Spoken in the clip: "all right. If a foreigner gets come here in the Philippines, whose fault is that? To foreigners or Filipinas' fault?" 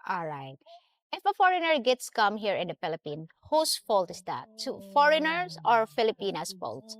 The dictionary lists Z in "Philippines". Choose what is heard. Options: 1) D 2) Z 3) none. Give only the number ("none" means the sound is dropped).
3